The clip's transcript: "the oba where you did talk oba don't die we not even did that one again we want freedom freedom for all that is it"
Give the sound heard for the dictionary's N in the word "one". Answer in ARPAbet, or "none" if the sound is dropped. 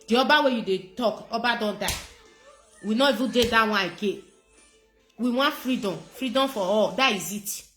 none